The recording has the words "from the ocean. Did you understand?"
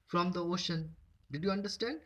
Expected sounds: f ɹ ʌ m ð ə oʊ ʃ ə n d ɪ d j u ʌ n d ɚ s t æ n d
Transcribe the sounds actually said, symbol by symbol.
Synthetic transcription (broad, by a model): f ɹ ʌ m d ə oʊ ʃ ə n d ɪ d j u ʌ n d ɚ s t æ n d